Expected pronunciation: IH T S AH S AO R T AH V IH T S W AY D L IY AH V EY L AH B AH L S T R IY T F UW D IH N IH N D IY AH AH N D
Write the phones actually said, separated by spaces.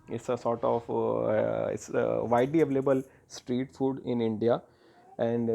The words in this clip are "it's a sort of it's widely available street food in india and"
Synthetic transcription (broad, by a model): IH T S AH S AO R T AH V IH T S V AY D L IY AH V EY L AH B AH L S T R IY T F UW D IH N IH N D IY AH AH N D